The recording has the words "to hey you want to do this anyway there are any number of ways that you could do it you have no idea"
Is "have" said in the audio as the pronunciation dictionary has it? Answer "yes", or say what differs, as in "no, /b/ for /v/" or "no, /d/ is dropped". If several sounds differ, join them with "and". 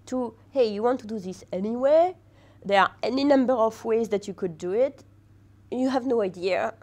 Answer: yes